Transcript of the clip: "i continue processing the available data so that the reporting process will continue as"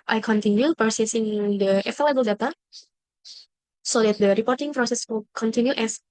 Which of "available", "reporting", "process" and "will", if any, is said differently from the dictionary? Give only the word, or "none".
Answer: available